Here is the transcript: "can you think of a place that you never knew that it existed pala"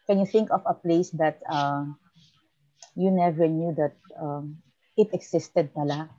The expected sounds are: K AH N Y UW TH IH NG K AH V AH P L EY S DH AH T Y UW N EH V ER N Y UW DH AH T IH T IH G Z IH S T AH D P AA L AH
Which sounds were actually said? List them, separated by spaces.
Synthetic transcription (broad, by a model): K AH N Y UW TH IH NG K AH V AH P L EY S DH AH T Y UW N EH V ER N Y UW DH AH T IH T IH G S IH S T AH D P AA L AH